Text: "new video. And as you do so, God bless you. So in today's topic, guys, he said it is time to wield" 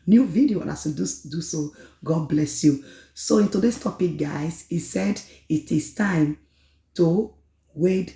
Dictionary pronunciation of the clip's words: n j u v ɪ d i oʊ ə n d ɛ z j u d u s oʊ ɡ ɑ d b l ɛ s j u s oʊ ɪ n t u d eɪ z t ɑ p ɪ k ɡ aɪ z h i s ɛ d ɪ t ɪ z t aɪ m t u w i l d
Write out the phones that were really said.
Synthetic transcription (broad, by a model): n j u v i d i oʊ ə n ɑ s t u d u s oʊ ɡ ɑ d b l ɛ s j u s oʊ ɪ n t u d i s t ɑ p ɪ k ɡ aɪ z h i s ɛ d ɪ t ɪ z t aɪ m t u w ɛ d